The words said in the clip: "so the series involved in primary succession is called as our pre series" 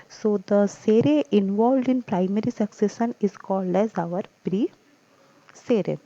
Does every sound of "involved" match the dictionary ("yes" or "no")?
yes